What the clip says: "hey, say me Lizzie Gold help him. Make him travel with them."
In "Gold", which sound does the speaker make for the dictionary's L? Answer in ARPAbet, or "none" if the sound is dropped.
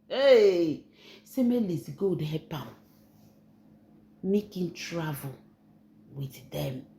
none